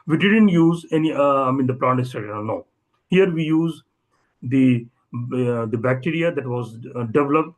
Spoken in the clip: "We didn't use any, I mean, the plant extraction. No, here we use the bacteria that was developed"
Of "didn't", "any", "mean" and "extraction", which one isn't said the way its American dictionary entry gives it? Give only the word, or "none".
extraction